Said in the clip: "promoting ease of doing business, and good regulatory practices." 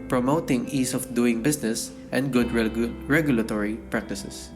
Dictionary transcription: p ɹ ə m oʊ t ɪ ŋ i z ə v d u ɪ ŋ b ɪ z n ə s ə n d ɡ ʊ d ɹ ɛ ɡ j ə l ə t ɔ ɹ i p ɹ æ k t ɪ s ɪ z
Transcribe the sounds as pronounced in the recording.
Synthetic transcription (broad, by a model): p ɹ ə m oʊ t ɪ ŋ i s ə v d u ɪ ŋ b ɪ s n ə s ə n d ɡ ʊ d ɹ ɛ ɡ j ə l ə t ɔ ɹ i p ɹ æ k t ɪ s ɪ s